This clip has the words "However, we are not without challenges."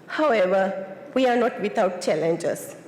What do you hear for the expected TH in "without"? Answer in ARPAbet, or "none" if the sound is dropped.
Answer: T